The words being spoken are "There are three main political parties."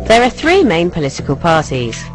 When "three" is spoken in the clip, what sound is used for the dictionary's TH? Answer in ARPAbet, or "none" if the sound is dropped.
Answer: TH